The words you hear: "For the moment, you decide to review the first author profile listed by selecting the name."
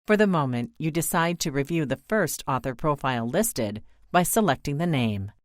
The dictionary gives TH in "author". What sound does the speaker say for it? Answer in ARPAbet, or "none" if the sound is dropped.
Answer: TH